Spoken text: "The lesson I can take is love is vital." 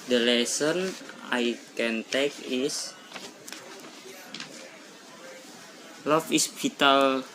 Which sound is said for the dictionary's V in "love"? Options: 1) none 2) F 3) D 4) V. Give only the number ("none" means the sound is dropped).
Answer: 2